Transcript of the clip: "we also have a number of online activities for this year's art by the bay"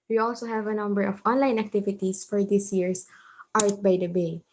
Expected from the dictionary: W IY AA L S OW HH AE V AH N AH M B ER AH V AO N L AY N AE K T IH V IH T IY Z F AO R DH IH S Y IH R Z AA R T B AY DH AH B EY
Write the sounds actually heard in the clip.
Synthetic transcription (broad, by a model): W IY AA L S OW HH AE V AH N AH M B ER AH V AO N L AY N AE K T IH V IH T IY S F AO R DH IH S Y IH R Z AA R T B AY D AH B EY